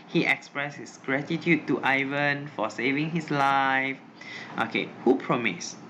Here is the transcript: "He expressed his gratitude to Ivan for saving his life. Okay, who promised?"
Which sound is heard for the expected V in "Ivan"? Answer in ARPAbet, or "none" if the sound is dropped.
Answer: V